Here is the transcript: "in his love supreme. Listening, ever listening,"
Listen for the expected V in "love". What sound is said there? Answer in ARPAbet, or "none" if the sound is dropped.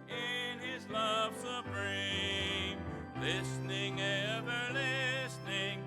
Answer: V